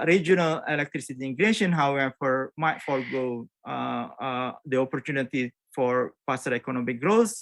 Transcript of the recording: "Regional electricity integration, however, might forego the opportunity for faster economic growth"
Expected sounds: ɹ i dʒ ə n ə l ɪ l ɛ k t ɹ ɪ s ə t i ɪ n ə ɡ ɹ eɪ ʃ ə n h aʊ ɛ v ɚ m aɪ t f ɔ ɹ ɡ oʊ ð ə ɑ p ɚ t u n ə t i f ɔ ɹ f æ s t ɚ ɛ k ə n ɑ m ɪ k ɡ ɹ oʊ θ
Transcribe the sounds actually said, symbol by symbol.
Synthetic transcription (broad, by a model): ɹ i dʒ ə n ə l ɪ l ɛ k t ɹ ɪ s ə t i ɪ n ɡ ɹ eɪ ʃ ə n h aʊ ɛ f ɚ m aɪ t f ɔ l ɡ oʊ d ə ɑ p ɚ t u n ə t i f ɔ ɹ p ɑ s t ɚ ɛ k ə n ɑ m ɪ k ɡ ɹ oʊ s